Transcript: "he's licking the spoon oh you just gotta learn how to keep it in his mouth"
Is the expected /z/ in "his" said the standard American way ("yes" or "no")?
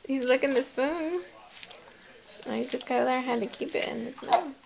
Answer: no